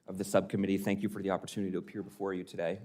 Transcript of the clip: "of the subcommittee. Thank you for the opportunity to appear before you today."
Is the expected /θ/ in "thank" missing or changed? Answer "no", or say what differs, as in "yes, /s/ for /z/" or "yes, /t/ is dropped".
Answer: no